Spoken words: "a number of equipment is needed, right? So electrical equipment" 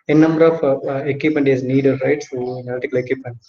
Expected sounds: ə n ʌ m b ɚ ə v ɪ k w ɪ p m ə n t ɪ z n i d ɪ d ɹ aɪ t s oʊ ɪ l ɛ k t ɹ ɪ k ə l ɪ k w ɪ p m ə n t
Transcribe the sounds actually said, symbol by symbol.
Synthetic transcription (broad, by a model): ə n ʌ m b ɚ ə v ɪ k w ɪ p m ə n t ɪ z n i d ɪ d ɹ aɪ t s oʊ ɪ n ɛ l t ɪ k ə l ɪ k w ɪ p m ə n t